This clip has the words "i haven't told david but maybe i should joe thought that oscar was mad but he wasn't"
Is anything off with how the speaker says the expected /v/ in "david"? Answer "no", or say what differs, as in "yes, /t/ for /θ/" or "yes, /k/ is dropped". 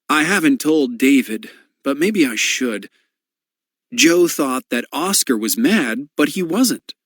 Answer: no